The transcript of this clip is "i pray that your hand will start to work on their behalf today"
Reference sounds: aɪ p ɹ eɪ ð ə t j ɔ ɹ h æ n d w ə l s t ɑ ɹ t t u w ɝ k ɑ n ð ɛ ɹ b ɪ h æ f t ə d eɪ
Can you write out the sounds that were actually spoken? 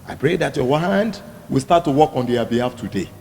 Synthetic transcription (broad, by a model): aɪ p ɹ eɪ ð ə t j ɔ w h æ n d w ə l s t ɑ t t u w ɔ k ɑ n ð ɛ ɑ b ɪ h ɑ f t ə d eɪ